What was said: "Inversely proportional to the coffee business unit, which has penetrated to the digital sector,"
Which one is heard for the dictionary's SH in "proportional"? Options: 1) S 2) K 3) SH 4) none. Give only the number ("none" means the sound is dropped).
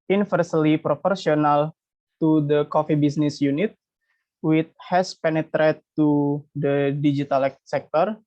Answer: 1